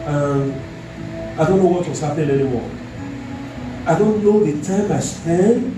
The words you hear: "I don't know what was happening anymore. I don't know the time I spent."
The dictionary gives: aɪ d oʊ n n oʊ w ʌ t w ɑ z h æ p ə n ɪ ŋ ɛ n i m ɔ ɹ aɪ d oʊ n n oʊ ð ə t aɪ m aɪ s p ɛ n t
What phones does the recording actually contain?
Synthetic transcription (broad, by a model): aɪ d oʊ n n oʊ w ʌ t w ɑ s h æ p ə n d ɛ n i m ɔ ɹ aɪ d oʊ n n oʊ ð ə t aɪ m aɪ s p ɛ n